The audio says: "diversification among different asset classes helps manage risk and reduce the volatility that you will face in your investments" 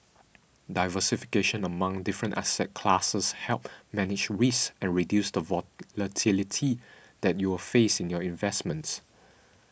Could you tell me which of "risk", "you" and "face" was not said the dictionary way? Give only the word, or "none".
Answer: risk